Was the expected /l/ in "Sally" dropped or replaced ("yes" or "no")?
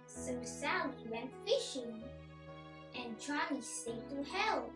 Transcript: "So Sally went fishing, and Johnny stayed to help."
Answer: yes